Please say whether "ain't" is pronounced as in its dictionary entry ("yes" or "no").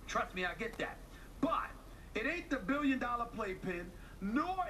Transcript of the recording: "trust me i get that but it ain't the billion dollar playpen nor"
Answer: no